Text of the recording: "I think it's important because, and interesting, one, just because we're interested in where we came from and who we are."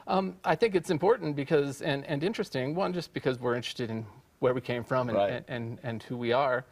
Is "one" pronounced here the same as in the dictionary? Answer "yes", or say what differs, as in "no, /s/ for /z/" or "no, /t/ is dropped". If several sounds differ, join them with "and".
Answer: no, /l/ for /n/